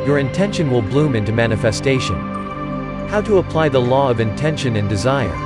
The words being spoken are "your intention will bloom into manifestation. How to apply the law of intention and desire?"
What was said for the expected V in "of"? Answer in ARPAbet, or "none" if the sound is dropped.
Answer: V